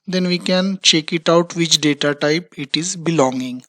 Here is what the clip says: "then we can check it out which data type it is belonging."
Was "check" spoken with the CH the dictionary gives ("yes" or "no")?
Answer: yes